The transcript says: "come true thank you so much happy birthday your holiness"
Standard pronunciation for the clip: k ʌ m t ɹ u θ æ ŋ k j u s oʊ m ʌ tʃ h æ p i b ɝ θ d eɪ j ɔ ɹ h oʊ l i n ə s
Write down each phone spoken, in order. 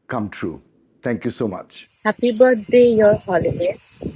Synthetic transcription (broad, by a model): k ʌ m t ɹ u t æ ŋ k j u s oʊ m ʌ tʃ h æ p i b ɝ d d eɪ j ɔ ɹ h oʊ l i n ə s